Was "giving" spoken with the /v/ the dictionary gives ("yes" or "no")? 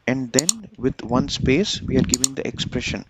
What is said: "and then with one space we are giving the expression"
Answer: yes